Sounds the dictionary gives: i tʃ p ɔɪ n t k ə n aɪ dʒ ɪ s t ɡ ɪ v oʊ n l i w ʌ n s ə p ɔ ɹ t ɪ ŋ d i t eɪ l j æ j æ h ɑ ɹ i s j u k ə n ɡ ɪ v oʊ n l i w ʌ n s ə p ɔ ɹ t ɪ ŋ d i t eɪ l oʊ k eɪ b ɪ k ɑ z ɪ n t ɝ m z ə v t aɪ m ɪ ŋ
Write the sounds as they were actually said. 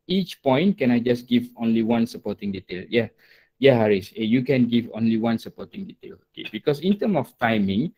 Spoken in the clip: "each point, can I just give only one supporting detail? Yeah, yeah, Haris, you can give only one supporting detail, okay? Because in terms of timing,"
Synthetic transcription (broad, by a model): i tʃ p ɔɪ n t k ə n aɪ dʒ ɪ s ɡ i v oʊ n l i w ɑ n s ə p ɔ t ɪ ŋ d i t eɪ l j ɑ j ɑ h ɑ ɹ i s j u k ə n ɡ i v oʊ n l i w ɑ n s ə p ɔ t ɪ ŋ d i t eɪ l oʊ k eɪ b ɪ k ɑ s ɪ n t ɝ m ə f t aɪ m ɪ ŋ